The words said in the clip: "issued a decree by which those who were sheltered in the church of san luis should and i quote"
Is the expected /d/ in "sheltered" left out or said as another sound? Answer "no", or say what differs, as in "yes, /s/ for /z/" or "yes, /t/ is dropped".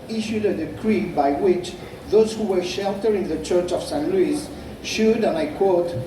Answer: yes, /d/ is dropped